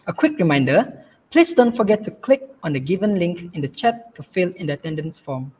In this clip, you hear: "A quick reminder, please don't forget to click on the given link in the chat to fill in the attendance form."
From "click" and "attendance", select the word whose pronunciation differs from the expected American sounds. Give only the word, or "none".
none